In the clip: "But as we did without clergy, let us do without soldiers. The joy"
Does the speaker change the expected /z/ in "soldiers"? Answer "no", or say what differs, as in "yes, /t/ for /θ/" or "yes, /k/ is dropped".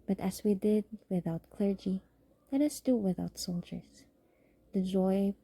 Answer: yes, /s/ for /z/